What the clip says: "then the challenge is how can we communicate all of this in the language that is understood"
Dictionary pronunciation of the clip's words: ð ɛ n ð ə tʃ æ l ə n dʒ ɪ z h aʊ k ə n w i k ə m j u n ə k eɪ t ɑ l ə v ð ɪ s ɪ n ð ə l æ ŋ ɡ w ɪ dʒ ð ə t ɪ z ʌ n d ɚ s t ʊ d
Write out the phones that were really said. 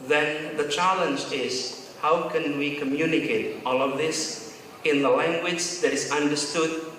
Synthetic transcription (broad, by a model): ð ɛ n ð ə tʃ æ l ə n dʒ ɪ z h aʊ k ə n w i k ə m j u n ə k eɪ t ɑ l ə v ð ɪ s ɪ n ð ə l æ ŋ ɡ w ɪ dʒ ð ə t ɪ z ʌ n d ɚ s t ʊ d